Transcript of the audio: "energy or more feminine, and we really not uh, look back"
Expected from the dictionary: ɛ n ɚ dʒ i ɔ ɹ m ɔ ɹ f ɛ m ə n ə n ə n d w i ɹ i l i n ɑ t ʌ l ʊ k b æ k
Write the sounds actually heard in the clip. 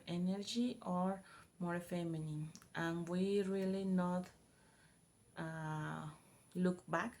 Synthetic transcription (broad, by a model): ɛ n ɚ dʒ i ɔ ɹ m ɔ ɹ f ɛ m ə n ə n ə n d w i ɹ i l i n ɑ t l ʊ k b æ k